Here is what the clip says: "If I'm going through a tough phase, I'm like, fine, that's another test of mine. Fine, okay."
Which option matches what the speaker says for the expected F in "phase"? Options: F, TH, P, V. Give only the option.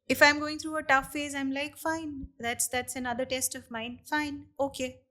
F